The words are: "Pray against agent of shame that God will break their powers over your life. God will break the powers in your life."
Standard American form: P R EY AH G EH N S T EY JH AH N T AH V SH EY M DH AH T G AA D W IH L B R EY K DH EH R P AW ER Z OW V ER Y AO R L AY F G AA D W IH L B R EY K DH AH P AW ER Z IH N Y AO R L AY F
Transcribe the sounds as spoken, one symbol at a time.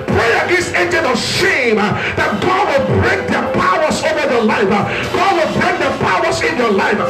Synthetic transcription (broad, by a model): P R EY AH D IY S EY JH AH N AH SH EY M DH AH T G AA D W IH L B R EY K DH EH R P AW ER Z OW V ER Y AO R L AY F G AA D W IH L B R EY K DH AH P AW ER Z IH N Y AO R L AY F